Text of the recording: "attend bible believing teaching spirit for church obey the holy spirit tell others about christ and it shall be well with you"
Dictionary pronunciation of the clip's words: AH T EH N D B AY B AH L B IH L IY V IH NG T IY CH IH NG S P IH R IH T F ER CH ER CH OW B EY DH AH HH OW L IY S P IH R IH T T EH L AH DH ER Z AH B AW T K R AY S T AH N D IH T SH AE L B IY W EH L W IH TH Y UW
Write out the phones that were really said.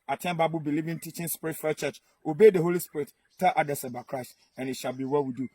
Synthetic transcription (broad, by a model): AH T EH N B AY B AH B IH L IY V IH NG T IY CH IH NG S P IH R IH T F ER CH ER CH OW B EY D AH HH OW L IY S P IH R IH T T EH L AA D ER S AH B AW K R AY S T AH N IH T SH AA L B IY W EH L W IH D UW